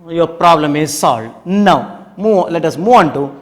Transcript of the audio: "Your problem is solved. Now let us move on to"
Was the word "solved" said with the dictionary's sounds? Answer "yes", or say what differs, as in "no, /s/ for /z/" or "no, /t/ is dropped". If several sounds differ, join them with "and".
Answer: no, /v/ is dropped